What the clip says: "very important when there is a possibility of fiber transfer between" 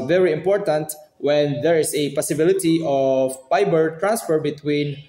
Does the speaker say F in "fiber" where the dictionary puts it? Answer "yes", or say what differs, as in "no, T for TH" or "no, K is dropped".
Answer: no, P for F